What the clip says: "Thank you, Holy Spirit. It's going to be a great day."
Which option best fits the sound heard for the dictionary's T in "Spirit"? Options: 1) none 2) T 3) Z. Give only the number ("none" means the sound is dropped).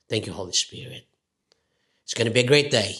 2